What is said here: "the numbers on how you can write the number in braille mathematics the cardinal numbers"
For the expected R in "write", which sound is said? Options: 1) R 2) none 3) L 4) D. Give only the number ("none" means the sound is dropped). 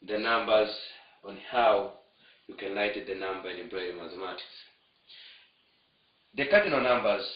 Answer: 3